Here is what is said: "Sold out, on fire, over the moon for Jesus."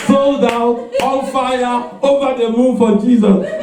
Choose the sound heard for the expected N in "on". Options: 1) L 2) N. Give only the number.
1